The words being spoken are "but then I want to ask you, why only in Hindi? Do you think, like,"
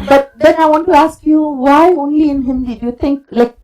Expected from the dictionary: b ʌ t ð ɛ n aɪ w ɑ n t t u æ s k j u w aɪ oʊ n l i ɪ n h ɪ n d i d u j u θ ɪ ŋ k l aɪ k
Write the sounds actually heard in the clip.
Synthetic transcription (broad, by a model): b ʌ t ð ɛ n aɪ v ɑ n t t u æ s k j u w aɪ oʊ n l i ɪ n h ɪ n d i d u j u t ɪ ŋ k l aɪ k